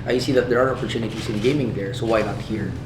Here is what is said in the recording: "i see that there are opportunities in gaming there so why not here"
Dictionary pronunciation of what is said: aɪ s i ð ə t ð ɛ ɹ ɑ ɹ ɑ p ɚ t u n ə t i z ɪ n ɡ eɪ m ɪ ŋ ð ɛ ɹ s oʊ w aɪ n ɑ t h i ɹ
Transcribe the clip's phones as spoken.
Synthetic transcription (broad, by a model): aɪ s i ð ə t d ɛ ɹ ɑ ɹ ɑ p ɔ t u n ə t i s ɪ n ɡ eɪ m ɪ ŋ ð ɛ ɹ s oʊ w aɪ n ɑ t h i ɹ